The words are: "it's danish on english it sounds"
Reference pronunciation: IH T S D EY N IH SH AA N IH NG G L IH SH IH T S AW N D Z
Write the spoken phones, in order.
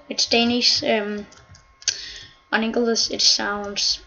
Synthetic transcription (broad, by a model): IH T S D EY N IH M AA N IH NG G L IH S IH T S AW N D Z